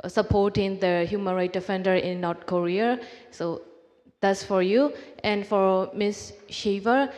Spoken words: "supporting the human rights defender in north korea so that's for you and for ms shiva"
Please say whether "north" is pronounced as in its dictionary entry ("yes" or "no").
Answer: no